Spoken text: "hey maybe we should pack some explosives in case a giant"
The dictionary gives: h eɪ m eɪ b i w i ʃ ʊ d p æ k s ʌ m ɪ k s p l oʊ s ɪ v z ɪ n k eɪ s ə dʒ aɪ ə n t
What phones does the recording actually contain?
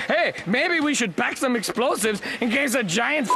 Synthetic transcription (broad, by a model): h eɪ m eɪ b i w i ʃ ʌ d b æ k s ʌ m ɪ k s p l oʊ s ɪ v z ɪ n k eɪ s ə dʒ aɪ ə n t